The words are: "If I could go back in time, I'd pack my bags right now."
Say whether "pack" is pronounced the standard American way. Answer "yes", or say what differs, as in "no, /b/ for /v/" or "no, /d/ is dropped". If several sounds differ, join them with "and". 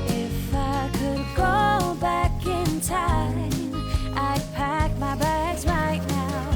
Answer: yes